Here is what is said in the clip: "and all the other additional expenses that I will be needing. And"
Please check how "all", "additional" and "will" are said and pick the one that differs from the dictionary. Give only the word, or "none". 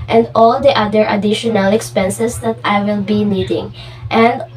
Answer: none